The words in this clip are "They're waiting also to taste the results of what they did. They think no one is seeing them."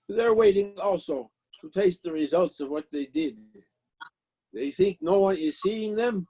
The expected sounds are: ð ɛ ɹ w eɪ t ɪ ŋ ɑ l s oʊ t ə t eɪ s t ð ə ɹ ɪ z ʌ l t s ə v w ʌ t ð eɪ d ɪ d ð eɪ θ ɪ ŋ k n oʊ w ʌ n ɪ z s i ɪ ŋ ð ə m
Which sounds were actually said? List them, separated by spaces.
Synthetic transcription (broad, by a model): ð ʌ ɹ w eɪ t ɪ ŋ ɑ l s oʊ t ə t eɪ s t ð ə ɹ ɪ z ʌ l t s ə v w ʌ t ð eɪ d ɪ d ð eɪ θ ɪ ŋ k n oʊ w ʌ n ɪ z s i ɪ ŋ ð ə m